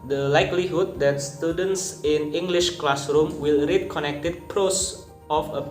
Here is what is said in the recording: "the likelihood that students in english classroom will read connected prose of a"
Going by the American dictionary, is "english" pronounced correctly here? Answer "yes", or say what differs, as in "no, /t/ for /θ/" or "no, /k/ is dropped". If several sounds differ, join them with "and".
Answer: yes